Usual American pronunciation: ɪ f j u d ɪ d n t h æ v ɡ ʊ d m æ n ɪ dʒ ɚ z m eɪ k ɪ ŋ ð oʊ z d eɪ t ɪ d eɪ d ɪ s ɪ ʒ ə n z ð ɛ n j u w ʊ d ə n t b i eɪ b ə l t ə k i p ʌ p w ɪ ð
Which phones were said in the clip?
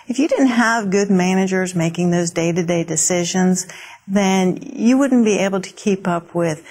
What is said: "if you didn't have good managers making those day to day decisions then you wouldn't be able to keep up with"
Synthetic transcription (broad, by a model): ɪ f j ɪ d ɪ d n t h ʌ v ɡ ʊ d m æ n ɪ dʒ ɚ z m eɪ k ɪ ŋ ð oʊ z d eɪ t ɪ d eɪ d ɪ s ɪ ʒ ə n z ð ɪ n j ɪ w ʊ d n b i eɪ b l t ə k i p ʌ p w ɪ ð